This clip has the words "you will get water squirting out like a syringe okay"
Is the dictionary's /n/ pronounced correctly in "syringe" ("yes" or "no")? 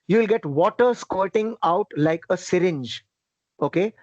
yes